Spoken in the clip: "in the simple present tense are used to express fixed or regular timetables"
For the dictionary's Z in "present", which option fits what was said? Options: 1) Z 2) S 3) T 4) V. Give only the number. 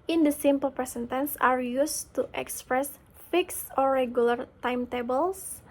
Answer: 2